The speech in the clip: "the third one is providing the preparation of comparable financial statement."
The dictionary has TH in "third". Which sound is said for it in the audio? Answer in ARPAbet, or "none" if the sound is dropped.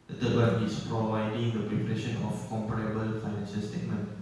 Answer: T